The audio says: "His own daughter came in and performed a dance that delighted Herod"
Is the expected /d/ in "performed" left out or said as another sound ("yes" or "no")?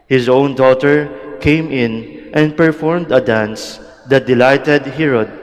no